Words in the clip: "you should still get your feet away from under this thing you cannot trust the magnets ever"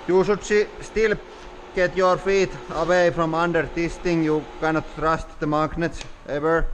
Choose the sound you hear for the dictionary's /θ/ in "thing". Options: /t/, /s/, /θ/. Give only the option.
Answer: /t/